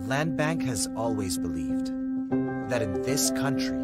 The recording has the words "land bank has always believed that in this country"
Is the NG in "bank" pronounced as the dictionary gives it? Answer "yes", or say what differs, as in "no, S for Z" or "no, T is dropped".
yes